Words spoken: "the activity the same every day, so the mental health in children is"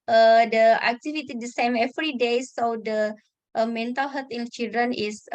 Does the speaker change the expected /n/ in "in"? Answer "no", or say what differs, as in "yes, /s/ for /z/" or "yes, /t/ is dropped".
yes, /l/ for /n/